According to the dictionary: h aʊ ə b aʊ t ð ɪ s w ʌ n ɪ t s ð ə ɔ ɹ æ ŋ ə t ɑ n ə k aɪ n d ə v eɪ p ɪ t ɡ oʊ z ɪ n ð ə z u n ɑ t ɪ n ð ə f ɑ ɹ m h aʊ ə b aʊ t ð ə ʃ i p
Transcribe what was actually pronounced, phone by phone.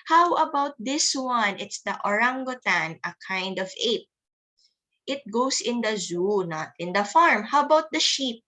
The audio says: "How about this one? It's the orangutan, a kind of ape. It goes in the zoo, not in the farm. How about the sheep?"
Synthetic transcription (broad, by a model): h aʊ ə b aʊ t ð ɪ s w ʌ n ɪ t s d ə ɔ ɹ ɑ ŋ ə t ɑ n ə k aɪ n d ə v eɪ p ɪ t ɡ oʊ s ɪ n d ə z u n ɑ t ɪ n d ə f ɑ ɹ m h aʊ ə b aʊ t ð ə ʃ i p